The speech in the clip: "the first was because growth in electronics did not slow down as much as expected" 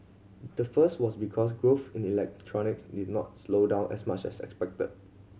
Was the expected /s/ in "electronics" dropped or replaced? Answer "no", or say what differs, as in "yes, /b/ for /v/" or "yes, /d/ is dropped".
no